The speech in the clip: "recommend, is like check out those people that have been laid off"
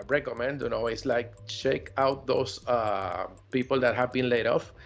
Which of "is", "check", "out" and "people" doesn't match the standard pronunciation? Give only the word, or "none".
is